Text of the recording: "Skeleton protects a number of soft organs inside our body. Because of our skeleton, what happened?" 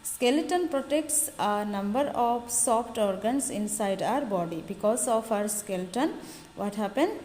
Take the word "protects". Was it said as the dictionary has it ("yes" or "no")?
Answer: yes